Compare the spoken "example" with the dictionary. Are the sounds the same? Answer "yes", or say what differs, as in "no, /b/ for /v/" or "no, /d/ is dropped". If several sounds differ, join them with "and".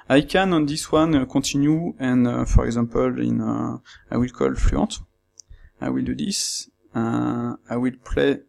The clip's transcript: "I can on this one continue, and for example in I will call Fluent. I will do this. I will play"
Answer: no, /m/ is dropped